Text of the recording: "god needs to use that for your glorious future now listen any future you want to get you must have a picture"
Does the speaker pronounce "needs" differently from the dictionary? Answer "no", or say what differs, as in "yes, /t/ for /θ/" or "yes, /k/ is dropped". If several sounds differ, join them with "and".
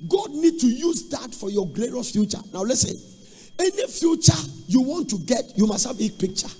yes, /z/ is dropped